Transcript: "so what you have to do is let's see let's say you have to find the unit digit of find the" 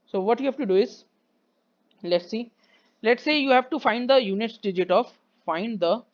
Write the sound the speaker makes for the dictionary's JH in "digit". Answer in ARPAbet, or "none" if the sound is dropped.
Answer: JH